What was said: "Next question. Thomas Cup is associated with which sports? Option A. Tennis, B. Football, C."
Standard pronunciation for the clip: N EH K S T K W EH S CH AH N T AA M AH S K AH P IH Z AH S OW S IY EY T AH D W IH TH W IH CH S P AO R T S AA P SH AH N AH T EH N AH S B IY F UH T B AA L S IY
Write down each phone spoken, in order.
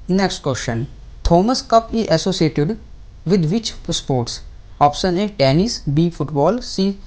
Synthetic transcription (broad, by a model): N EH K S T K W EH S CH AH N T AA M AH S K AH P IH Z AH S OW S IY EY T AH D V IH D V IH CH S P AO R T S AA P S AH N AH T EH N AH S B IY F UH T B AA L S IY